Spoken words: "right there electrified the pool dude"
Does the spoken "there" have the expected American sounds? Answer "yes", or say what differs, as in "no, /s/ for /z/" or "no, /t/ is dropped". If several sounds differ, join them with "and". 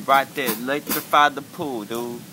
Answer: no, /l/ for /ɹ/